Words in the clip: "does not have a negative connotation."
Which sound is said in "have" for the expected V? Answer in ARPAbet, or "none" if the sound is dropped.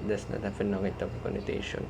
F